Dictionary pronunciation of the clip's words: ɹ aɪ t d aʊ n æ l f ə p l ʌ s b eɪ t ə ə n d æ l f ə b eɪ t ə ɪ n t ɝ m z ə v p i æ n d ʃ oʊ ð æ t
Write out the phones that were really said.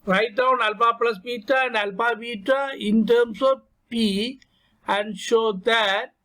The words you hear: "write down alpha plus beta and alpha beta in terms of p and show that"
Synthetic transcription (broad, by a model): ɹ aɪ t d aʊ n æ l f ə p l ʌ s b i t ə ə n d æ l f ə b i t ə ɪ n t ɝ m s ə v p i æ n d ʃ oʊ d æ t